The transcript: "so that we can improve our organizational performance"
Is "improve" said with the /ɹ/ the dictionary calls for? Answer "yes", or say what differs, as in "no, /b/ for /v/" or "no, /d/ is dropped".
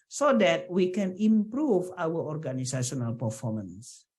yes